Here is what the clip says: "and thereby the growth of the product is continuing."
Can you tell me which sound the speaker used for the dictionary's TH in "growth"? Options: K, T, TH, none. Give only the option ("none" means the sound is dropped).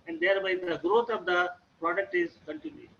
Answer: T